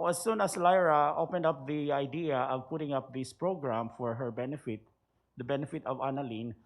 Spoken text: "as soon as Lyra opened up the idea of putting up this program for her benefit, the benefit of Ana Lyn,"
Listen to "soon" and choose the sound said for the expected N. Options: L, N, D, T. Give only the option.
N